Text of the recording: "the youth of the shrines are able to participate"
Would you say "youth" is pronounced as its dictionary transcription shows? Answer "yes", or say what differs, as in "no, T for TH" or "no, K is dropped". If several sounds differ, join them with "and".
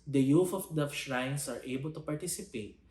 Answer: no, F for TH